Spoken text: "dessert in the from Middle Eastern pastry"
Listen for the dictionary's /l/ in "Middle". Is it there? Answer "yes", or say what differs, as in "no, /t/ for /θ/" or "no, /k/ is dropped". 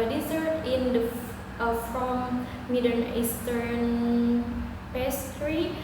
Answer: no, /n/ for /l/